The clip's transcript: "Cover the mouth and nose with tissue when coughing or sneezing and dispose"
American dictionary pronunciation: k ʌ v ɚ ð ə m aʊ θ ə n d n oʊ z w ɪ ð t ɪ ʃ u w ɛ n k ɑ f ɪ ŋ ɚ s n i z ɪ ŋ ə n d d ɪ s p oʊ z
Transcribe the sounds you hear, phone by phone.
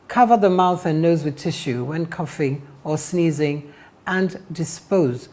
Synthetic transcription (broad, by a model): k ʌ v ɚ ð ə m aʊ θ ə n n oʊ z w ɪ ð t ɪ ʃ u w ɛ n k ɑ f ɪ ŋ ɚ s n i z ɪ ŋ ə n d d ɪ s p oʊ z